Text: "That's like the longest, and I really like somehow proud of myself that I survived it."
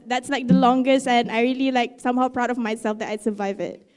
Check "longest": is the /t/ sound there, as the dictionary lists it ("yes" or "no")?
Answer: yes